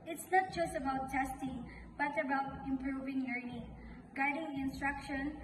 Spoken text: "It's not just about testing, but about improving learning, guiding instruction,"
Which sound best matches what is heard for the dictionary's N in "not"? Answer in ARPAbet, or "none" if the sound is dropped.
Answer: N